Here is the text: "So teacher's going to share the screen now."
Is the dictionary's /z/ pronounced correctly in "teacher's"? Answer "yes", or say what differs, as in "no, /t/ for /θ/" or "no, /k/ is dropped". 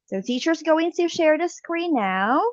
yes